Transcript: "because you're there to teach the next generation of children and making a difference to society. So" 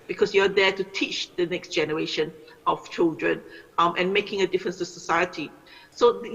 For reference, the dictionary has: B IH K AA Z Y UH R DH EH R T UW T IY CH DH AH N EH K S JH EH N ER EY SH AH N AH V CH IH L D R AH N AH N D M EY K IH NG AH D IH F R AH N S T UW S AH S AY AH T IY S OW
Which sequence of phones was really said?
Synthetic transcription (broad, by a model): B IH K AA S Y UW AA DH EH T UW T IY CH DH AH N EH K S JH EH N ER EY SH AH N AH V CH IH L D R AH N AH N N M EY K IH NG AH D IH F R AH N S T UW S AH S AY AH T IY S OW